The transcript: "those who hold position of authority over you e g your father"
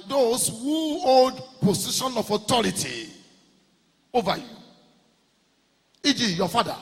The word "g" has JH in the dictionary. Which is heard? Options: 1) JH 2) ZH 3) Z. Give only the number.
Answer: 1